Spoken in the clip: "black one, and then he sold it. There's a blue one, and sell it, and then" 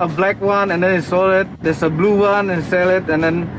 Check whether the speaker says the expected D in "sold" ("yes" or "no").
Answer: no